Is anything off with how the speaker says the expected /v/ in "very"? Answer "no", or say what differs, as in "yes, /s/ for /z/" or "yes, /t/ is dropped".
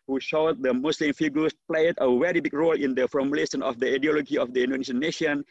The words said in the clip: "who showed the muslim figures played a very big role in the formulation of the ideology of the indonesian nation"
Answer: yes, /w/ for /v/